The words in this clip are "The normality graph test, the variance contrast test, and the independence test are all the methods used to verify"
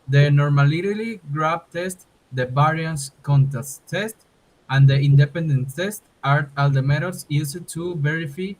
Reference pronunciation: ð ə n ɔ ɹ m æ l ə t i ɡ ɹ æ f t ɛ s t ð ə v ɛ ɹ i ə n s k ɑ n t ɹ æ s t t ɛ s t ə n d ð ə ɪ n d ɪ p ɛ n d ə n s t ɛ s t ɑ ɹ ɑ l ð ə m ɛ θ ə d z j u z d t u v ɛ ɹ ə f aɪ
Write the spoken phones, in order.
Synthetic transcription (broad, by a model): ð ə n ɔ ɹ m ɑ l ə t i ɡ ɹ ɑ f t ɛ s t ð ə b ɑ ɹ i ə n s k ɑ n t æ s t t ɛ s t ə n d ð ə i n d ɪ p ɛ n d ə n t ɛ s t ɑ ɹ ɑ l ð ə m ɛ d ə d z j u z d t u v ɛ ɹ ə f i